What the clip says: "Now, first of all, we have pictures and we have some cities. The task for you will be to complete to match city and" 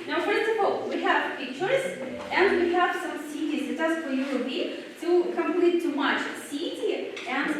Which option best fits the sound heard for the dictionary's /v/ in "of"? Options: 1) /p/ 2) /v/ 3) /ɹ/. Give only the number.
1